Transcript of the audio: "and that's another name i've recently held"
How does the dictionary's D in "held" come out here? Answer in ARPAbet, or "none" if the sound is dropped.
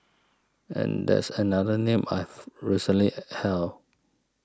none